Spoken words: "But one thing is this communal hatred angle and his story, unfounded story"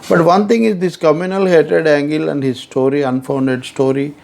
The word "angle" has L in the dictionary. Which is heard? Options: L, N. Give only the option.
L